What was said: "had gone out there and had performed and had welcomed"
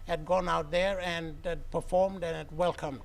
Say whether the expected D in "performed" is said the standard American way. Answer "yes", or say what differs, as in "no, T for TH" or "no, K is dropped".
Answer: yes